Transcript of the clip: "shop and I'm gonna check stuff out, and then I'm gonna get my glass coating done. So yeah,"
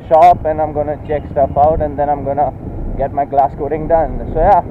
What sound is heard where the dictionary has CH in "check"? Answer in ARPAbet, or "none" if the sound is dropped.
CH